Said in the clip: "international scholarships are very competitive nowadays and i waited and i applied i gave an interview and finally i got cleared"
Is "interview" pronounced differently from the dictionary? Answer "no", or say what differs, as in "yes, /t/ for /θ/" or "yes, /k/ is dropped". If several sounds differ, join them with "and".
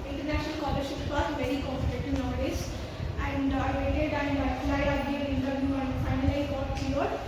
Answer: yes, /v/ is dropped